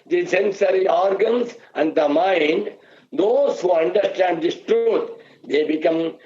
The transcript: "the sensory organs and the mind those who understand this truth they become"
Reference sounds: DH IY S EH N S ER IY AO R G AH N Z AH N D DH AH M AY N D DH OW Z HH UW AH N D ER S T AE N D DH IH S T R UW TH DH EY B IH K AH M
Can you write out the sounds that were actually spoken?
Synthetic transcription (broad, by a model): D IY S EH N S ER IY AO R G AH N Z AH N D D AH M AY N D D OW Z HH UW AH N D ER S T AE N D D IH S T R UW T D EY B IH K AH M